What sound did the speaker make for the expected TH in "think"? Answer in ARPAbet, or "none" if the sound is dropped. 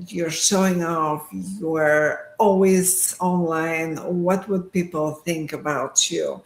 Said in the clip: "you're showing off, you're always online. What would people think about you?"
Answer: TH